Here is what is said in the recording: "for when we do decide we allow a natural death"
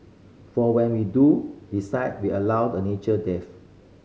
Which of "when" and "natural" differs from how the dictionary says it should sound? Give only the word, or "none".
natural